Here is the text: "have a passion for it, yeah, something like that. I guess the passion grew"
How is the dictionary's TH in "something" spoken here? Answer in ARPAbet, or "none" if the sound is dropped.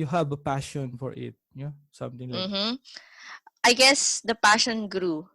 T